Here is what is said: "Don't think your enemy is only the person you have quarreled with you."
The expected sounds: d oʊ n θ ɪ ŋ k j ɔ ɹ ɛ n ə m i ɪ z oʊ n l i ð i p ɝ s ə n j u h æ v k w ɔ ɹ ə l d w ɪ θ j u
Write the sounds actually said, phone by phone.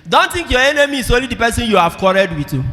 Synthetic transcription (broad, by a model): d oʊ n t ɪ ŋ k j ɔ ɛ n ə m i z oʊ n l i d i p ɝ s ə n j u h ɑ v k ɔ ɹ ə d w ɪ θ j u